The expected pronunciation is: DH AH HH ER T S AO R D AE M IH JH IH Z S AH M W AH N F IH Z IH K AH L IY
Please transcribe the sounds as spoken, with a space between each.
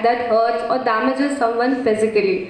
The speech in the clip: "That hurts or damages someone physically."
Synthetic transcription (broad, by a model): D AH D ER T AO R D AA M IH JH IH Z S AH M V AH N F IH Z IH K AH L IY